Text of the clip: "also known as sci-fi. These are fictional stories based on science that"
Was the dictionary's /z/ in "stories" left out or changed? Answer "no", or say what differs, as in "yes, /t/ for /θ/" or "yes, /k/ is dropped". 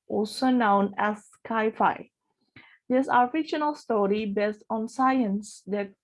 yes, /z/ is dropped